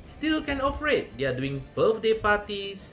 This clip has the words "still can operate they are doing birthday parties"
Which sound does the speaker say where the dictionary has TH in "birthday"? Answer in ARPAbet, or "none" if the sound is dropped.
F